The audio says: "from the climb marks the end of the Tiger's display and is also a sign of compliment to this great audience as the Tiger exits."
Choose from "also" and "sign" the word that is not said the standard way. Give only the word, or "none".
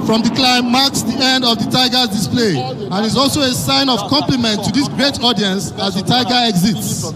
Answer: none